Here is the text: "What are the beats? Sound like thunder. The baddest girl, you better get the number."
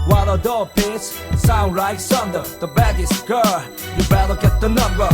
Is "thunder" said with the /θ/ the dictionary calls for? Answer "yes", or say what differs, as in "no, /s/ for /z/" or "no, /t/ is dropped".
no, /s/ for /θ/